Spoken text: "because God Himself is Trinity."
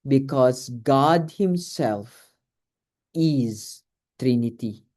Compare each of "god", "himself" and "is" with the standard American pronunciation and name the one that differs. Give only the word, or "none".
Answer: none